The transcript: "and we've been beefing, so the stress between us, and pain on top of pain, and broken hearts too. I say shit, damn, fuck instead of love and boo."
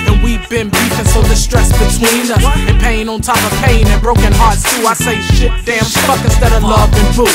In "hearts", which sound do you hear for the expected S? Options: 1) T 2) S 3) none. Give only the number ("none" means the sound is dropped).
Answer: 2